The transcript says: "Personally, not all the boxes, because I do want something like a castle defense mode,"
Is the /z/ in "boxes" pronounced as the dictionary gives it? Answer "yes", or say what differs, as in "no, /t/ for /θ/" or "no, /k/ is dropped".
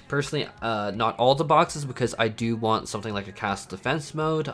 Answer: yes